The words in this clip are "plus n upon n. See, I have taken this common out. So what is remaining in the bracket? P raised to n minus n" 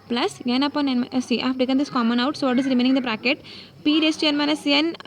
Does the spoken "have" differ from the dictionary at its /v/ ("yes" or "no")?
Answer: yes